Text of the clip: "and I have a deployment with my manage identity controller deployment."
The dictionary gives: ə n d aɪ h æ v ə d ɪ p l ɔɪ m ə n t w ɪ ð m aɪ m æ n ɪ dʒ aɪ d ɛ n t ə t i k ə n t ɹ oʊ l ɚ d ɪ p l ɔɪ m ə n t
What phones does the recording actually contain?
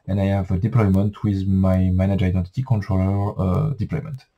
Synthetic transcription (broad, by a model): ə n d aɪ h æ v ə d ɪ p l ɔɪ m ə n t w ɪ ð m aɪ m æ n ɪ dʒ aɪ d ɛ n t ə t i k ə n t ɹ oʊ l ɚ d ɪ p l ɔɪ m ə n t